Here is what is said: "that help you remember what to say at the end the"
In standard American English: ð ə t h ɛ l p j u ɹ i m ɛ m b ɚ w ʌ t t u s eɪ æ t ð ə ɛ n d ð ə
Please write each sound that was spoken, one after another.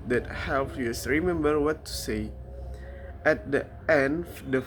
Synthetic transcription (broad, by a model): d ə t h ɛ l f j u ɹ i m ɛ m b ɚ w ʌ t t u s eɪ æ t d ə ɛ n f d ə